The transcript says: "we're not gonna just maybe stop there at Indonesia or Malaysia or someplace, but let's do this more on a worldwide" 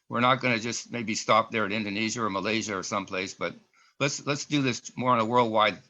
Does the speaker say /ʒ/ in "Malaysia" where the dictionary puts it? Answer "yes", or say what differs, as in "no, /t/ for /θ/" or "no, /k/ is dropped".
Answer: yes